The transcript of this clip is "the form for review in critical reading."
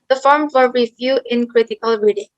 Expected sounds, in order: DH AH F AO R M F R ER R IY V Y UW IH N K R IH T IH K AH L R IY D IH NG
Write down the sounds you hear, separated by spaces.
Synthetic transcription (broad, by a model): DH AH F AO R M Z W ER R IY V Y UW IH N K R IH T IH K AH L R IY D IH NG